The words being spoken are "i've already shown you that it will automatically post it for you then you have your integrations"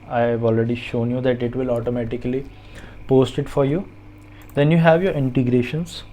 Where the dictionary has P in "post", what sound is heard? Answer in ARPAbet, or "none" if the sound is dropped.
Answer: P